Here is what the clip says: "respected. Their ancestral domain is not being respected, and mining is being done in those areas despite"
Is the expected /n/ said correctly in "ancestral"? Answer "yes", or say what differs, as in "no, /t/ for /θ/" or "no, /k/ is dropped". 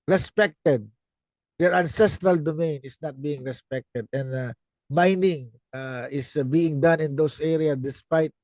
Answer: yes